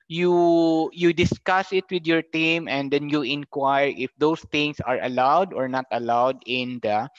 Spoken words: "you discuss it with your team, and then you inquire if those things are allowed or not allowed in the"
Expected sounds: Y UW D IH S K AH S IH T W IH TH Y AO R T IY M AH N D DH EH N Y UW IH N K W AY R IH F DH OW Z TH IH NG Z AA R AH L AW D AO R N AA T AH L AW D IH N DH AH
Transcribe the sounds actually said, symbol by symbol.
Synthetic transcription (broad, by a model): Y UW D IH S K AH S IH T W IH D Y AO R T IY M AH N D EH N Y UW IH N K W AY R IH F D OW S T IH NG S AA R AH L AW D AO R N AA T AH L AW D IH N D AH